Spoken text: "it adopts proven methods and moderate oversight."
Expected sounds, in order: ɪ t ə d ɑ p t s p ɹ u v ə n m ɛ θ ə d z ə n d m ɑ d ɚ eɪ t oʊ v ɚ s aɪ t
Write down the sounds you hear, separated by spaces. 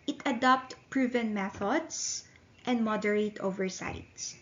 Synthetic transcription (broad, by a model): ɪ t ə d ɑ p t p ɹ u v ə n m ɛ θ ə d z ə n d m ɑ d ɚ eɪ t oʊ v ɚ s aɪ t